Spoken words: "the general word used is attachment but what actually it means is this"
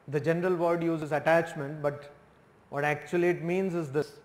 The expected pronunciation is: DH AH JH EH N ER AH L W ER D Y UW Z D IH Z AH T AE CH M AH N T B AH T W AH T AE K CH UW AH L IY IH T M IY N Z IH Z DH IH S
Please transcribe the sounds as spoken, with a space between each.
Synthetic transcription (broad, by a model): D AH JH EH N ER AH L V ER D Y UW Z IH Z AH T AE CH M AH N T B AH T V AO T AE K CH UW AH L IY IH T M IY N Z IH Z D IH S